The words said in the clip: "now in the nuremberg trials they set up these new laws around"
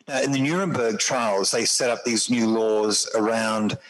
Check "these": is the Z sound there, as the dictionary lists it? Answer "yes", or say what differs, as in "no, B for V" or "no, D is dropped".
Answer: yes